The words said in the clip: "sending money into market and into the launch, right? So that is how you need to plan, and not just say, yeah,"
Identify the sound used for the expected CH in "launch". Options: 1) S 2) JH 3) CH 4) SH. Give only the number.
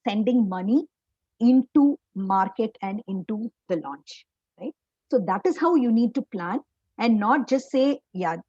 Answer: 3